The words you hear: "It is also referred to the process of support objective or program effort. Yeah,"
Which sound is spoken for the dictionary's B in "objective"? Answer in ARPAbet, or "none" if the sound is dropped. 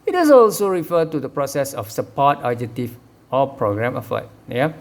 none